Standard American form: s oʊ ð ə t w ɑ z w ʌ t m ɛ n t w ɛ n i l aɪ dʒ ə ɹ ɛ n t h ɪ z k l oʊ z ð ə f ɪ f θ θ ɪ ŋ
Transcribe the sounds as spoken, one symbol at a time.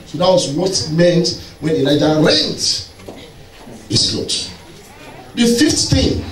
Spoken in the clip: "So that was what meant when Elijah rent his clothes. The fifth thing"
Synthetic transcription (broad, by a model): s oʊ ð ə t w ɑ s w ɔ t m ɛ n t w ɛ n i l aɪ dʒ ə ɹ ɛ n t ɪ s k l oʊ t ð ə f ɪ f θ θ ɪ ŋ